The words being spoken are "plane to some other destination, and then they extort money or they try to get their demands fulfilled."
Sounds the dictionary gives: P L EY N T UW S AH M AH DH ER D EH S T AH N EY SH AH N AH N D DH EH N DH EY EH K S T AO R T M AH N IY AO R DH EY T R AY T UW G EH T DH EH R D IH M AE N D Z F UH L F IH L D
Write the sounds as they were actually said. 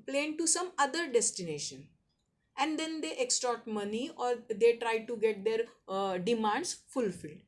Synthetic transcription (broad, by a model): P L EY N T UW S AH M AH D ER D EH S T AH N EY SH AH N AH N D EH N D EY EH K S T AO R T M AH N IY AO R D EY T R AY T UW G EH T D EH R D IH M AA N D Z F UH L F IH L D